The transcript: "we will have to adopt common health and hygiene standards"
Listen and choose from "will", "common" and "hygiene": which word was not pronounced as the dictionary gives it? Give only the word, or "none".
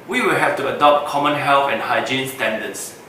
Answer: none